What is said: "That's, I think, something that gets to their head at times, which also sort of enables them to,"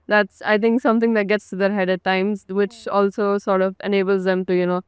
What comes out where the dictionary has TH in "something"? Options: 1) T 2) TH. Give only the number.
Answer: 1